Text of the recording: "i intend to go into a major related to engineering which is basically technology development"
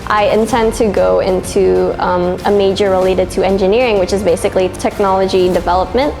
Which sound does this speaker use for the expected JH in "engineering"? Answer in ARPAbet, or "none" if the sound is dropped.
JH